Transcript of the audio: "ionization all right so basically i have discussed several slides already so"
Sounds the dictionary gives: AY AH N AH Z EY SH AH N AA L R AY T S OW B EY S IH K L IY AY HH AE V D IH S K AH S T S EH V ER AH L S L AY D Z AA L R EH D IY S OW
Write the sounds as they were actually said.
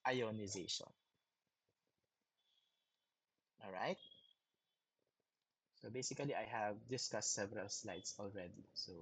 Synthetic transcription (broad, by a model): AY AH N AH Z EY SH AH N AA L R AY T S OW B EY S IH K L IY AY HH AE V D IH S K AH S T S EH V ER AH L S L AY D S AA L R EH D IY S OW